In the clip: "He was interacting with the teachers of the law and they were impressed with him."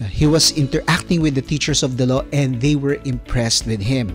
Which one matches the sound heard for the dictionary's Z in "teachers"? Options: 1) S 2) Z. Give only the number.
1